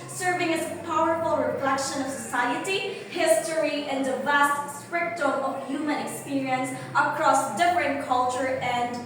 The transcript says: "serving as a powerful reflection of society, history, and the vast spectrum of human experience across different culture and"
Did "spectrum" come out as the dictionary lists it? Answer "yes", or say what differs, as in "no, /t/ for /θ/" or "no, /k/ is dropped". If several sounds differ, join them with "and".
no, /ɹ/ is dropped